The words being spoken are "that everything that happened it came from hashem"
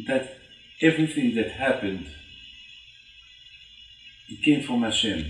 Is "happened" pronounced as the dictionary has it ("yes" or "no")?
yes